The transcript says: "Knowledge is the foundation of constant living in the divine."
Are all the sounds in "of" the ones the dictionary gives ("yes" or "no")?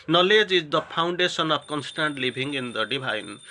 no